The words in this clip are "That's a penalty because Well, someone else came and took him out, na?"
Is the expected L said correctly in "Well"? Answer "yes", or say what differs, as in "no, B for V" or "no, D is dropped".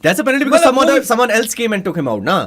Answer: no, N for L